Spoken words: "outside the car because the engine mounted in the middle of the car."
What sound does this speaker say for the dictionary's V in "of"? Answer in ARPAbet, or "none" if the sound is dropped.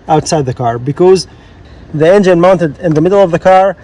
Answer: V